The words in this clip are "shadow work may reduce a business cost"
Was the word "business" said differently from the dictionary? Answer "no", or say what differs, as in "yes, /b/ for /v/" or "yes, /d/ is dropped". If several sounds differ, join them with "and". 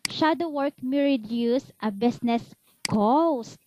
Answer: yes, /s/ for /z/